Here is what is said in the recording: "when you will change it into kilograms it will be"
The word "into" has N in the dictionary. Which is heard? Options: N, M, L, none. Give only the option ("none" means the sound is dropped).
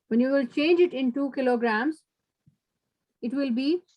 N